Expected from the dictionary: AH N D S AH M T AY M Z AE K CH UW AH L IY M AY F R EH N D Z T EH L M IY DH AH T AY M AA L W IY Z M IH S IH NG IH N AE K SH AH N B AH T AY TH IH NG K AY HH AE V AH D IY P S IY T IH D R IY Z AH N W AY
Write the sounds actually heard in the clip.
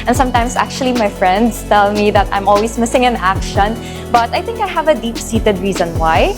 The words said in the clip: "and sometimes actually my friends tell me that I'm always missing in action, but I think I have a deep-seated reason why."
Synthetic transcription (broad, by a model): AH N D S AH M T AY M S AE K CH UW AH L IY M AY F R EH N D S T EH L M IY DH AH T AY M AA L W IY S M IH S IH NG IH N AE K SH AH N B AH T AY TH IH NG K AY HH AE V AH D IY P S IY T IH D R IY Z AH N W AY